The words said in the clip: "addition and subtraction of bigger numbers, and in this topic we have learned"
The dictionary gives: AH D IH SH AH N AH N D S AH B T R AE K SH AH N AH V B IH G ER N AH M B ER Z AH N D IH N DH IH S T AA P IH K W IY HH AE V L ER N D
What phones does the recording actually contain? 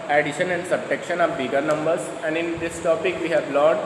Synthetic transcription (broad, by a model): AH D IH SH AH N AH N D S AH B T EH K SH AH N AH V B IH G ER N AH M B ER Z AH N D IH N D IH S T AA P IH K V IY HH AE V L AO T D